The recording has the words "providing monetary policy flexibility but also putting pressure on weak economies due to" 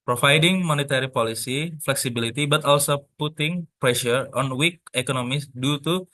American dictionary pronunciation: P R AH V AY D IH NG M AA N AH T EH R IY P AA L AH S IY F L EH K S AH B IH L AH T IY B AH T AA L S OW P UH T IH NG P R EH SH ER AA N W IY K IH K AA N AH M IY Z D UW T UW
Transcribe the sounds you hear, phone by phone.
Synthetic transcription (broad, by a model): P R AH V AY D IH NG M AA N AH T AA R IY P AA L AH S IY F L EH K S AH B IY L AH T IY B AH T AA L S OW P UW T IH NG P R EH SH ER AA N W IY K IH K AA N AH M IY S D UW T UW